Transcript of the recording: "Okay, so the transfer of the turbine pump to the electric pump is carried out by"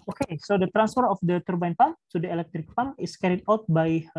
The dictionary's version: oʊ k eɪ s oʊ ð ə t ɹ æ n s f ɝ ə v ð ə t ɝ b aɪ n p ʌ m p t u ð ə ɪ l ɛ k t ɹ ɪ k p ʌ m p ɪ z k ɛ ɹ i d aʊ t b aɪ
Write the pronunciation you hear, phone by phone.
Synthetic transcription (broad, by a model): oʊ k eɪ s oʊ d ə t ɹ æ n s f ɝ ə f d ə t ɝ b aɪ n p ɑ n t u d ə ɪ l ɛ k t ɹ ɪ k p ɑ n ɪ s k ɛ ɹ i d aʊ t b aɪ